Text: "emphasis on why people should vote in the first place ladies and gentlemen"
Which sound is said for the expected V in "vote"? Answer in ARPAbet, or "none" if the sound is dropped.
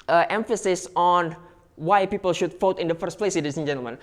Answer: F